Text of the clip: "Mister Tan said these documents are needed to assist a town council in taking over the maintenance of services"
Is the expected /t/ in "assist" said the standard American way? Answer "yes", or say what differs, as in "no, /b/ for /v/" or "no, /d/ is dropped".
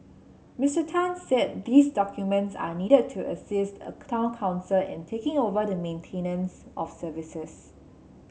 yes